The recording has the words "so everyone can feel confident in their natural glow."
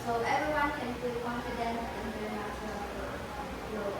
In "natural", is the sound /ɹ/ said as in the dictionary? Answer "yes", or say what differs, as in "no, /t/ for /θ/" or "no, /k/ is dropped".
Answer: no, /ɹ/ is dropped